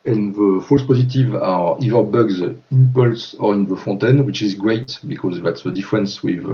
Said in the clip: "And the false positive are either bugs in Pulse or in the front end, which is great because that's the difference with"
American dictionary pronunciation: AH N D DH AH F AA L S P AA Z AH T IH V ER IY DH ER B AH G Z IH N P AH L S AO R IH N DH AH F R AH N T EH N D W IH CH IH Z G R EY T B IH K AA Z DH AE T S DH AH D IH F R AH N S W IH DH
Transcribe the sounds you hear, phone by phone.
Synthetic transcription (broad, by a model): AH N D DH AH F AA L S P AA Z AH T IH V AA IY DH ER B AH G Z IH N P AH L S AO R IH N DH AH F AO T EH N W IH CH IH Z G R EY T B IH K AA Z DH AE T S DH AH D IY F R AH N S W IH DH